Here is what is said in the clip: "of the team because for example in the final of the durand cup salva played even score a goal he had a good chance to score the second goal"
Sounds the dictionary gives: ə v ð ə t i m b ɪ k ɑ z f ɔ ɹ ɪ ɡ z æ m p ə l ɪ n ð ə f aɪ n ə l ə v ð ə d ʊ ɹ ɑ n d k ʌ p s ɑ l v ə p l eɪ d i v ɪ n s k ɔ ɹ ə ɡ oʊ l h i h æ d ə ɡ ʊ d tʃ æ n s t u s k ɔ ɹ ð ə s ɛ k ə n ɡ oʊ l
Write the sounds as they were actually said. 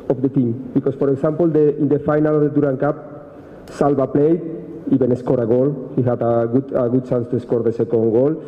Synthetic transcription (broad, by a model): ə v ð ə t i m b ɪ k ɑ s f ɔ ɹ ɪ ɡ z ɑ m p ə l ɪ n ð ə f aɪ n ə l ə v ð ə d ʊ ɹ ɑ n k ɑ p s ɑ l b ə p l eɪ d i b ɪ n s k ɔ ɹ ə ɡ oʊ l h i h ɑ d ə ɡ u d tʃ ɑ n s t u s k ɔ ɹ ð ə s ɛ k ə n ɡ oʊ l